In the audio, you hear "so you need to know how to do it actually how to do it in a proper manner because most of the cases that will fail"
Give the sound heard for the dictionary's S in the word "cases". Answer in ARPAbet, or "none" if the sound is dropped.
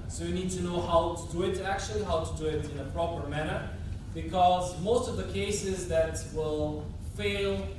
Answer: S